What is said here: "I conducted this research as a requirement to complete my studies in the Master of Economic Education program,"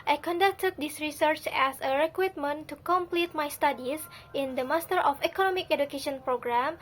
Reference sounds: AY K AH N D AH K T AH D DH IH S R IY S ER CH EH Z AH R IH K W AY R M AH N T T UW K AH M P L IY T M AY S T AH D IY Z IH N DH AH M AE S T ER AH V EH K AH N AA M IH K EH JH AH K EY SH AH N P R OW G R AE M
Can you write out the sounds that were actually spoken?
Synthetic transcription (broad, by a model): AY K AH N D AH K T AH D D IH S R IY S ER CH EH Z AH R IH K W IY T M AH N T T UW K AH M P L IY T M AY S T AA D IY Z IH N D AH M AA S T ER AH F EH K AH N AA M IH K EH JH AH K EY SH AH N P R OW G R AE M